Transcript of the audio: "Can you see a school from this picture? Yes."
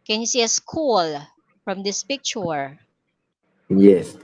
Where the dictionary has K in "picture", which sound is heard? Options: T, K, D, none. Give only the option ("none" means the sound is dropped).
K